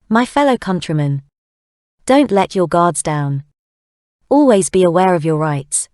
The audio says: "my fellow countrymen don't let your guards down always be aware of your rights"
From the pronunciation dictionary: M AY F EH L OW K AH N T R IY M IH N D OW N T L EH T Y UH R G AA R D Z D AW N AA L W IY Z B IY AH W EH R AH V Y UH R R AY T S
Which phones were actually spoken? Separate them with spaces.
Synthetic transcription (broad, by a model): M AY F EH L OW K AH N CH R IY M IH N D OW N T L EH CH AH G AA D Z D AW N AA L W IY Z B IY AH W EH R AH V Y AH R R AY T S